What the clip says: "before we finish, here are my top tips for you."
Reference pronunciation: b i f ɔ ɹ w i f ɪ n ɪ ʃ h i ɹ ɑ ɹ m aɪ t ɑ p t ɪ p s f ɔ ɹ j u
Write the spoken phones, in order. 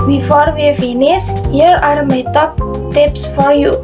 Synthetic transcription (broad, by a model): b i f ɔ ɹ w i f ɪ n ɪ s h i ɹ ɑ ɹ m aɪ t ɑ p t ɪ p s f ɔ ɹ j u